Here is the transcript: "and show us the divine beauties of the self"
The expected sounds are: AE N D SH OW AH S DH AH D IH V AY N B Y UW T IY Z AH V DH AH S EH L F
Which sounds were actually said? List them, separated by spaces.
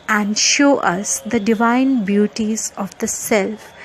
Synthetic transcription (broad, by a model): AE N D SH OW AH S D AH D IH V AY N B Y UW T IY Z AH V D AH S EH L F